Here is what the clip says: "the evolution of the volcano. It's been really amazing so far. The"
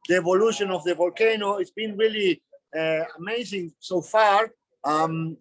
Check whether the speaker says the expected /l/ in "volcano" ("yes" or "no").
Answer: yes